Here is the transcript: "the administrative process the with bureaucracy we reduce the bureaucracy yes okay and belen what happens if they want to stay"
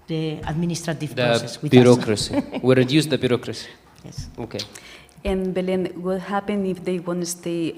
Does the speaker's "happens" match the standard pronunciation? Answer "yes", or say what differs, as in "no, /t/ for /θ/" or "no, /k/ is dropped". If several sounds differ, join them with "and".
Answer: no, /z/ is dropped